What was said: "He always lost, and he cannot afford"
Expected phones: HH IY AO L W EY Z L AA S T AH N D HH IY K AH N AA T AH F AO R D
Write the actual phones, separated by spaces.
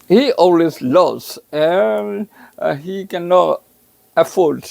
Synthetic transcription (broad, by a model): HH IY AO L W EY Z L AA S AH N HH IY K AH N AA T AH F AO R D